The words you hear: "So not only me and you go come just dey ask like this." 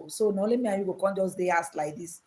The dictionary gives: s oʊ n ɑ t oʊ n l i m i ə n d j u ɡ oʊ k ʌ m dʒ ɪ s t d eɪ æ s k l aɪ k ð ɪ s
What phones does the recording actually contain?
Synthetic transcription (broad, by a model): s oʊ n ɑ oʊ l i m i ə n j u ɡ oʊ k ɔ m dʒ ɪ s d eɪ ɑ s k l aɪ k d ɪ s